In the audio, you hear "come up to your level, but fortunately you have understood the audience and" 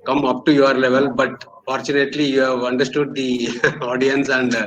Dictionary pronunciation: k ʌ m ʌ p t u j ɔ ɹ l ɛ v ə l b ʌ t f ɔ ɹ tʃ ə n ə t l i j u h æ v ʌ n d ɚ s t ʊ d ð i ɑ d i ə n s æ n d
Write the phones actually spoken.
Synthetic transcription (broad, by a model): k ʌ m ʌ p t u j ɔ ɹ l ɛ v ə l b ʌ t f ɔ ɹ tʃ ə n ə t l i j u h æ v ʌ n d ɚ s t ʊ d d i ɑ d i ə n s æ n d